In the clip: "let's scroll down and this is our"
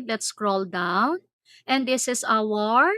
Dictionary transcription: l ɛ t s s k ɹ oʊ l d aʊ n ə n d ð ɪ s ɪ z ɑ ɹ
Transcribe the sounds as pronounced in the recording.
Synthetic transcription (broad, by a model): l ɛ t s s k ɹ oʊ l d aʊ n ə n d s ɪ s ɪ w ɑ ɹ